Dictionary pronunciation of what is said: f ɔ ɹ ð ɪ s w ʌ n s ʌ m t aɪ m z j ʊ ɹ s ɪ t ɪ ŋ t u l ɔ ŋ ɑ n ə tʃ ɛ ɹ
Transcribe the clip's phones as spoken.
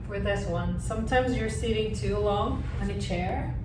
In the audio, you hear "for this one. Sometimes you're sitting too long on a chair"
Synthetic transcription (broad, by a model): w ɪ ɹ ð ɪ s w ʌ n s ʌ m t aɪ m z j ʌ ɹ s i t ɪ ŋ t u l ɔ ŋ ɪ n ə tʃ ɛ ɹ